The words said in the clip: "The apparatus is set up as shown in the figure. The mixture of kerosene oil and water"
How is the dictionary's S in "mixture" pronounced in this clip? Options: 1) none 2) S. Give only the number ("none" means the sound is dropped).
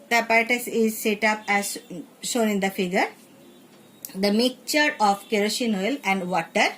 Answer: 1